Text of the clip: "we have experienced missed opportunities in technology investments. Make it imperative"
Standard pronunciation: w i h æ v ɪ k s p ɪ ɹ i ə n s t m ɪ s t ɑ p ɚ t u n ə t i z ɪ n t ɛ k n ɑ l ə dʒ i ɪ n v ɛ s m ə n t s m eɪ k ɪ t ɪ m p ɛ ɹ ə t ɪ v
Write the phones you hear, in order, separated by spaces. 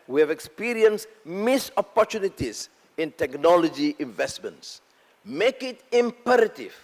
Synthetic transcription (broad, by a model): w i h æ v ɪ k s p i ɹ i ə n s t m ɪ s ɑ p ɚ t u n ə t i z ɪ n t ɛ k n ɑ l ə dʒ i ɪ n v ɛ s m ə n t s m eɪ k ɪ t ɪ m p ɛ ɹ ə t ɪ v